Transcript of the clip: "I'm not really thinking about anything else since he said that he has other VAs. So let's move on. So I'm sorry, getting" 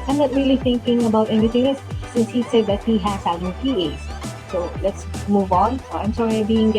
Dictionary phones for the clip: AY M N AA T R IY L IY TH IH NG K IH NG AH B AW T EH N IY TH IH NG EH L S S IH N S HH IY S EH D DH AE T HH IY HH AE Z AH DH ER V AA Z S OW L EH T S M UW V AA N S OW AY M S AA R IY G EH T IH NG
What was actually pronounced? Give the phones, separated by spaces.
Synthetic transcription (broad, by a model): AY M N AA T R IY L IY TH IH NG K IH NG AH B AW T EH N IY T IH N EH S S IH N S HH IY S EH D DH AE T HH IY HH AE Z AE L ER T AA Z S OW L EH T S M UW V AA N S OW AY M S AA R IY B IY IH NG